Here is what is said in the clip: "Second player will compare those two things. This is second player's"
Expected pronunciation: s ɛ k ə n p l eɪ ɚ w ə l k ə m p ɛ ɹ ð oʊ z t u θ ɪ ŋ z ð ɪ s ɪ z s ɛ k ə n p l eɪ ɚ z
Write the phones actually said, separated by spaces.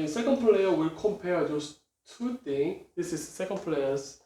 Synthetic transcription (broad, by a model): s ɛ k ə n p l eɪ ɚ w ə l k ə m p ɛ ɹ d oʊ s t u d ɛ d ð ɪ s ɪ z s ɛ k ə n p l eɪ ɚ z